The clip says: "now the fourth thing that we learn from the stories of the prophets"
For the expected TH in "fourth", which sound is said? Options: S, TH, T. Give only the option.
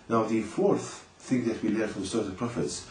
TH